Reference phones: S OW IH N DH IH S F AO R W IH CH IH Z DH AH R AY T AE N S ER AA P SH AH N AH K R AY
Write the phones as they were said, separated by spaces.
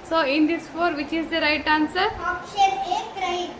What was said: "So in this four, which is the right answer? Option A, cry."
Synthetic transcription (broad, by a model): S OW IH N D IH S F AO R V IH CH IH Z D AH R AY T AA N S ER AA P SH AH AH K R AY